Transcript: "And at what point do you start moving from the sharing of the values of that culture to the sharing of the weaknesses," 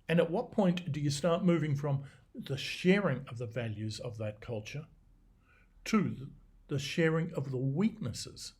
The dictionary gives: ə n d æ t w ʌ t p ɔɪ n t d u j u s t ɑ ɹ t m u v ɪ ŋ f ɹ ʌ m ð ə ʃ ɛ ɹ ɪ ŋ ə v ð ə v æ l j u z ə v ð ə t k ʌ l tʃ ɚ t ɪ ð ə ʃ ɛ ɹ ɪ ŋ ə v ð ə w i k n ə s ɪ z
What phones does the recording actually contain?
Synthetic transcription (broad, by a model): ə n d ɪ t w ʌ t p ɔɪ n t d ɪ j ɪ s t ɑ ɹ t m u v ɪ ŋ f ɹ ʌ m ð ə ʃ ɛ ɹ ɪ ŋ ə v ð ə v æ l j u z ə v ð ə t k ʌ l tʃ ɚ t ɪ ð ə ʃ ɛ ɹ ɪ ŋ ə v ð ə w i k n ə s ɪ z